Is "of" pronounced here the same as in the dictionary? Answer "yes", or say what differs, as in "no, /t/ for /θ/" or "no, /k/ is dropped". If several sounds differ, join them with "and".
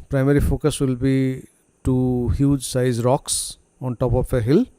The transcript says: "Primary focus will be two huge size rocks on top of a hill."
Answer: no, /p/ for /v/